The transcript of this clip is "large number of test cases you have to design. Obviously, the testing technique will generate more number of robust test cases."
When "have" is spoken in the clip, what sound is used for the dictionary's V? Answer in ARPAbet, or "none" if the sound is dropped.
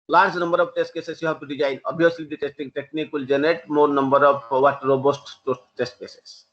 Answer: B